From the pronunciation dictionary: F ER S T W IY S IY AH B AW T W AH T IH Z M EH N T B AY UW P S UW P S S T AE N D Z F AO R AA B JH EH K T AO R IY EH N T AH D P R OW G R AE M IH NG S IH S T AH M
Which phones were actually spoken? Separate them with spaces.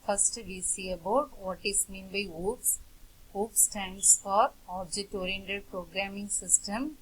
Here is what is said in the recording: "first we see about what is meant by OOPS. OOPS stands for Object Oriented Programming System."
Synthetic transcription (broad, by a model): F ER S T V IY S IY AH B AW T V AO T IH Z M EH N B AY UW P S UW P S S T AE N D S F AO R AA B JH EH T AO R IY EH N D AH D P R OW G R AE M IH NG S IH S T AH M